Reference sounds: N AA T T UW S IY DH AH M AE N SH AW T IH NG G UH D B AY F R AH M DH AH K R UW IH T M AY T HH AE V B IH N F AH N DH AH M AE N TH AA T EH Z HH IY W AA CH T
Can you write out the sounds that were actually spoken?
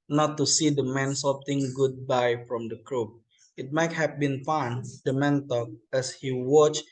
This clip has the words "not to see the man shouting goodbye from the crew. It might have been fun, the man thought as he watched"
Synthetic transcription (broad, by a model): N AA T T UW S IY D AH M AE N S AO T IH NG G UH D B AY F R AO M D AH K R UW IH T M AY T HH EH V B IH N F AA N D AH M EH N T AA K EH S HH IY W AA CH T